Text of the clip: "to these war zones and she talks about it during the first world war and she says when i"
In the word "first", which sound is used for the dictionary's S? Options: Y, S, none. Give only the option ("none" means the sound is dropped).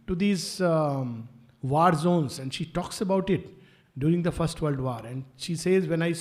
S